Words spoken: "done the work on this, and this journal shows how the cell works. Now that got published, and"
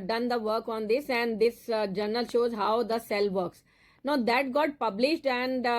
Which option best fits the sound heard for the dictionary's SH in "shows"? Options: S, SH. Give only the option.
SH